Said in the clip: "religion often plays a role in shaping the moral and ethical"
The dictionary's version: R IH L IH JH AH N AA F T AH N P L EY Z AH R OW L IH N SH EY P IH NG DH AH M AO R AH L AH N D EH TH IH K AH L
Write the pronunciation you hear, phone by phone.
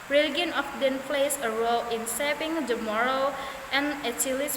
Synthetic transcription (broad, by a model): R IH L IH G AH N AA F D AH N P L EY S AH R OW L IH N S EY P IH NG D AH M AO R AH L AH N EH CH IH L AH